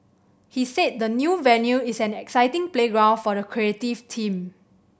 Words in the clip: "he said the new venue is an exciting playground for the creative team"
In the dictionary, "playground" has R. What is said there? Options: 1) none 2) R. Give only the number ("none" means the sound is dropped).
2